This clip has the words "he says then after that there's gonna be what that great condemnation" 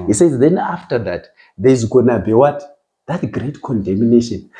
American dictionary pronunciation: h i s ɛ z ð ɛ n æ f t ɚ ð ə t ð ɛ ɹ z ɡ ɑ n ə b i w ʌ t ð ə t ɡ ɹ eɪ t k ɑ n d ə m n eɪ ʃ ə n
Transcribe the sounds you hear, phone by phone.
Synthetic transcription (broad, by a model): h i s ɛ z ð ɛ n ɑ f t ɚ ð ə t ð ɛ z ɡ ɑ n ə b i w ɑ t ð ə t ɡ ɹ eɪ t k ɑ n d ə m n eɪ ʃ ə n